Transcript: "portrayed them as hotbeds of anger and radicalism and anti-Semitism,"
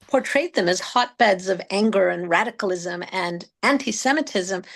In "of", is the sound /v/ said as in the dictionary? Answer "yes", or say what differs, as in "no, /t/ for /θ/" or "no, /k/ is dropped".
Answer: yes